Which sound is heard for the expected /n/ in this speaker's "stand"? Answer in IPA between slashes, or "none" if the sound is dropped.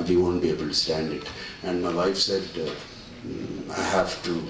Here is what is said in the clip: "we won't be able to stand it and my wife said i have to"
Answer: /n/